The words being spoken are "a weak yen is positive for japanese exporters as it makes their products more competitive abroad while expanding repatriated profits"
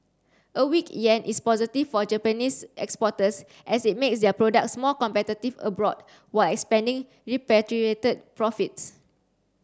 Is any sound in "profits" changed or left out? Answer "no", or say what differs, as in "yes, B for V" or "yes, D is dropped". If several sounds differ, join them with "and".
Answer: no